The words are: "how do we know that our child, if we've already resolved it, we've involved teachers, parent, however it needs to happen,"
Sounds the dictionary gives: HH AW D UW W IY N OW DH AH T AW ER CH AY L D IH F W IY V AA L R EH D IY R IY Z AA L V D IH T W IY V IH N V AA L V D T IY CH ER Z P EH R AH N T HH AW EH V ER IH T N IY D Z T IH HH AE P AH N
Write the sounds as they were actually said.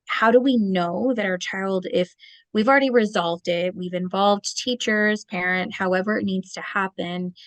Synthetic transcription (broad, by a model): HH AW D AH W IY N OW DH AH T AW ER CH AY L D IH F W IY V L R EH D IY R IY Z AA L V D IH T W IY V IH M V AA L V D T IY CH ER Z P EH R AH N T HH AW EH V ER IH T N IY D Z T IH HH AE P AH N